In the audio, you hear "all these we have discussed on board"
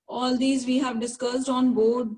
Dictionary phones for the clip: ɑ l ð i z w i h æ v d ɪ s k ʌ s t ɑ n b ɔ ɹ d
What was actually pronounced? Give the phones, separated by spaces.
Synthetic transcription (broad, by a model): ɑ l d i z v i h æ v d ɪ s k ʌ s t ɑ n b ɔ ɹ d